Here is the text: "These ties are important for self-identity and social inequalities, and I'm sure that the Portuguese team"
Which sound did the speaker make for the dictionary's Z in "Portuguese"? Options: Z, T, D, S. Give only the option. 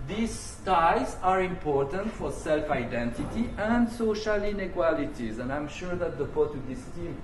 S